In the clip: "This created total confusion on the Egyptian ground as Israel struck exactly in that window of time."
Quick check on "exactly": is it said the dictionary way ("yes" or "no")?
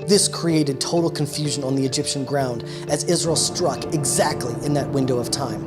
yes